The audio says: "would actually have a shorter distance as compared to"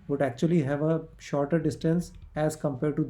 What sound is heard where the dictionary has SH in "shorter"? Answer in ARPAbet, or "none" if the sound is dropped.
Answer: SH